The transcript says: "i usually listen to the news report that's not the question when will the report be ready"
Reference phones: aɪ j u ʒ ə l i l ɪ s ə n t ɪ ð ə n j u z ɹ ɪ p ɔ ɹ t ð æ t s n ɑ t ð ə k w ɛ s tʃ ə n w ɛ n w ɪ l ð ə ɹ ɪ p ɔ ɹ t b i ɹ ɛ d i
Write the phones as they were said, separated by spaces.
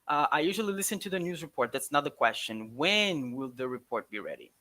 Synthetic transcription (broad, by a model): aɪ j u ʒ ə l i l ɪ s ə n t ɪ ð ə n j u z ɹ ɪ p ɔ ɹ t ð æ t s n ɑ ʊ ð ə k w ɛ s tʃ ə n w ɛ n w ɪ l ð ə ɹ ɪ p ɔ ɹ t b i ɹ ɛ d i